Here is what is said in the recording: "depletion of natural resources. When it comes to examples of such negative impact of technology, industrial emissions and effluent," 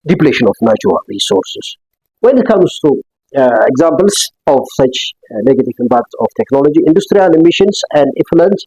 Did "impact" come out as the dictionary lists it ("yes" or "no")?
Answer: no